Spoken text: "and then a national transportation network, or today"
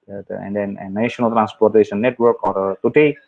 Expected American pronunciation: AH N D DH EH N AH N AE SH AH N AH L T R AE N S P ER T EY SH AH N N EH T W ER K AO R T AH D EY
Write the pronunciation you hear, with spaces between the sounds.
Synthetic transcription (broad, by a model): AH N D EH N AH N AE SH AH N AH L T R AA N S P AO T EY S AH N N EH T W ER K AO R T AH D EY